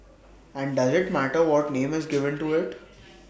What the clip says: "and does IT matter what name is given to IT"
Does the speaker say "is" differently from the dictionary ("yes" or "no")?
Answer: no